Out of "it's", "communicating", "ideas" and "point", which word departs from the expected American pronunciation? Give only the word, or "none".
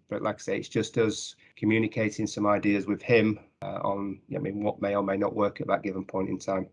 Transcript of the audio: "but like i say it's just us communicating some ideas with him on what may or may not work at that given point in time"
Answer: none